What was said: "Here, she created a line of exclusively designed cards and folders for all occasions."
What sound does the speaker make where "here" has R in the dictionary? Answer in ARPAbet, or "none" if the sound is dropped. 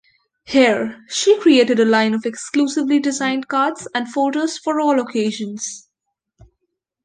R